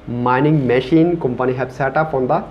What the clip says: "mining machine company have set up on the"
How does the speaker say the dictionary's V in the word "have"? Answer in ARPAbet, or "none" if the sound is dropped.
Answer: B